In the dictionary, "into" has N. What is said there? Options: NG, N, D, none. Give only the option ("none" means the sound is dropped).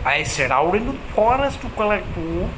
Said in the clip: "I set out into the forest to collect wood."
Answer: none